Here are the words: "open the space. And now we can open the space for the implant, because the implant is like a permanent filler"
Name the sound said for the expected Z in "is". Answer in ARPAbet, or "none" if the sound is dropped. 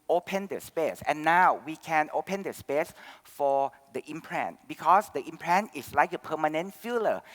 S